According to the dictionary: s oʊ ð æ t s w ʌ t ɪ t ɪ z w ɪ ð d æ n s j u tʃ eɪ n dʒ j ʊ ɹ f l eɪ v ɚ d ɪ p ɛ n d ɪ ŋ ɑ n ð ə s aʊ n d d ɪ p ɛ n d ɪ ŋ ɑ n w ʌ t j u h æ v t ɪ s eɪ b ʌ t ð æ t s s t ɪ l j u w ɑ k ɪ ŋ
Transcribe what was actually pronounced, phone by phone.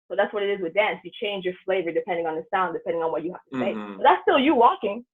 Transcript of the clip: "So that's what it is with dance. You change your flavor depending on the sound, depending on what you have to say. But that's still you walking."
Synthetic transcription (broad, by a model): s oʊ ð æ t s w ʌ t ɪ t ɪ z w ɪ ð d æ n s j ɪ tʃ eɪ n dʒ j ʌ ɹ f l eɪ v ɚ d ɪ p ɛ n d ɪ ŋ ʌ n ð ə s aʊ n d d ɪ p ɛ n d ɪ ŋ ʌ n w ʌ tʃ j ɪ h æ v t ɪ s eɪ b ʌ t ð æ t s s t ɪ l j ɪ w ɑ k ɪ ŋ